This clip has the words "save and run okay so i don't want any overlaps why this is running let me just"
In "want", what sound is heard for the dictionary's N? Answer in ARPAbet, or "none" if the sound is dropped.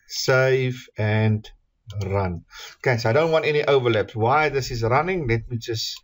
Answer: N